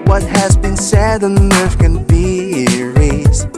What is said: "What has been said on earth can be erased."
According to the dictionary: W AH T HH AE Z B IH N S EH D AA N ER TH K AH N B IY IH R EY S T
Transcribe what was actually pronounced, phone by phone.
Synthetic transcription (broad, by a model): W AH T HH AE Z B IH N S EH D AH N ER F K AH N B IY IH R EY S